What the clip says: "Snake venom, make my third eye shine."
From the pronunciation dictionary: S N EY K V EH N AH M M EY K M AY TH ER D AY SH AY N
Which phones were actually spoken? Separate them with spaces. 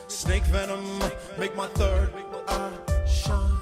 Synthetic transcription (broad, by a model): S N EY K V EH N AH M M EY K M AY TH ER D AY SH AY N